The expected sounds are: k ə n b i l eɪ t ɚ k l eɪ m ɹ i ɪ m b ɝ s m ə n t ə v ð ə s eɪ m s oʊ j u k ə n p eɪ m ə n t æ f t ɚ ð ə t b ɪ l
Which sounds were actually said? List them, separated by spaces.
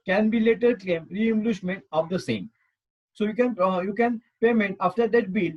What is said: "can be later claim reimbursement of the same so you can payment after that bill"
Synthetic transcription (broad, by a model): k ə n b i l eɪ t ɚ k l eɪ m ɹ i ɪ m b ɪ ʃ m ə n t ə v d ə s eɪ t s oʊ j u k ə n p eɪ m ə n t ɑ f t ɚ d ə t b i l